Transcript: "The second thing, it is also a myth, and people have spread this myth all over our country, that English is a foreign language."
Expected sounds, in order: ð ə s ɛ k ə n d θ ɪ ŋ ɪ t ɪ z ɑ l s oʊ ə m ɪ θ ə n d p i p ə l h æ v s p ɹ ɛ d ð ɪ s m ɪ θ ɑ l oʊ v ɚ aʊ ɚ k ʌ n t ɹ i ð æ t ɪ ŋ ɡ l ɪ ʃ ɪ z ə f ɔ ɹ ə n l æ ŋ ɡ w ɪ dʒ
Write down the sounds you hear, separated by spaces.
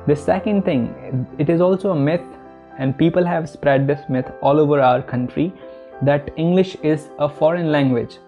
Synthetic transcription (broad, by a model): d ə s ɛ k ə n d t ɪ ŋ ɪ t ɪ z ɑ l s oʊ ə m ɪ t ə n d p i p ə l h æ v s p ɹ ɛ d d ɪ s m ɪ t ɑ l oʊ v ɚ aʊ ɚ k ʌ n t ɹ i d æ t ɪ ŋ ɡ l ɪ ʃ ɪ z ə f ɔ ɹ ə n l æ ŋ ɡ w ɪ dʒ